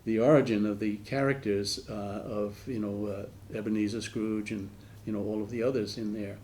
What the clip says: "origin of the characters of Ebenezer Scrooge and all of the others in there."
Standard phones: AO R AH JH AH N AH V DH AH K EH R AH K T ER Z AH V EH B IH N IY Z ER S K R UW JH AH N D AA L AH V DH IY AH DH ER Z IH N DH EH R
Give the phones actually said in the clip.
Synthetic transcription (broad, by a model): AO R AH JH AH N AH V DH AH K EH R AH K T ER Z AH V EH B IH N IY Z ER S K R UW JH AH N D AA L AH V DH IY AH DH ER Z IH N DH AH R